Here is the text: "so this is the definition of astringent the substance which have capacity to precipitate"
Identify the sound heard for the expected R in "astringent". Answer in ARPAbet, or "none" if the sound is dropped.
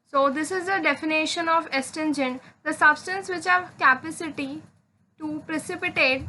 none